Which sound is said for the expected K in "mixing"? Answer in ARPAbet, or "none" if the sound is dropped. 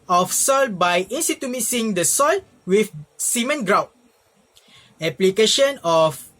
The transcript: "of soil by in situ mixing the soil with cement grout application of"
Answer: none